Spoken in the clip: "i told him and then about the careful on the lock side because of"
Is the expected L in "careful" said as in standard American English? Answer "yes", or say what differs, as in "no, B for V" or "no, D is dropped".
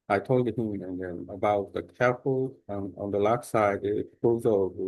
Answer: no, N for L